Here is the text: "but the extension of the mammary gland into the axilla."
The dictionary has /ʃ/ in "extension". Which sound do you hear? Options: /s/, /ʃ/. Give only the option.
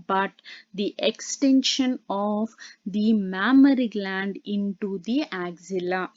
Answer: /ʃ/